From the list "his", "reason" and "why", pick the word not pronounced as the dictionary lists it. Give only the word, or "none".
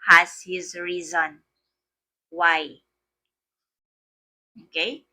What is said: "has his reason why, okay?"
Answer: none